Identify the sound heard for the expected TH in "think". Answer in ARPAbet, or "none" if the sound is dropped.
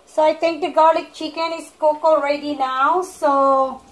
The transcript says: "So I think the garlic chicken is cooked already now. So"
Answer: T